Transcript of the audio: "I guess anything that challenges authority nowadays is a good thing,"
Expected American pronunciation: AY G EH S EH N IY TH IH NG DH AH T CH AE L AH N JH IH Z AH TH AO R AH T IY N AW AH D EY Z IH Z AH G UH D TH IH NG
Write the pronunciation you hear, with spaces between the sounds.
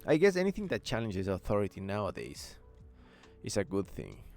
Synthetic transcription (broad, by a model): AY G EH S EH N IY TH IH NG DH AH T CH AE L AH N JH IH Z AH TH AO R AH T IY N AW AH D EY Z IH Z AH G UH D TH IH NG